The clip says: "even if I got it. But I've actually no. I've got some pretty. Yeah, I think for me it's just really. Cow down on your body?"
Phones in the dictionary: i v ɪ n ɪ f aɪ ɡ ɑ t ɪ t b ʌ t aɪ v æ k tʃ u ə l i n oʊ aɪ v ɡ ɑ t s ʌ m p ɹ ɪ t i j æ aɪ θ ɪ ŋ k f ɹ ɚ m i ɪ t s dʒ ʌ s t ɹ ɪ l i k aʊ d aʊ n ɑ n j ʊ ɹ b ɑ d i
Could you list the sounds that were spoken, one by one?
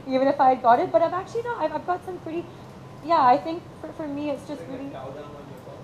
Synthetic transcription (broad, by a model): i v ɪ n ɪ f aɪ ɡ ɑ t ɪ t b ʌ t aɪ v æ k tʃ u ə n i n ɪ aɪ v ɡ ɑ t s ʌ m p ɹ ɪ t i j æ aɪ θ ɪ ŋ k f ɹ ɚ m i ɪ t s dʒ ʌ s t ɹ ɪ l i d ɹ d i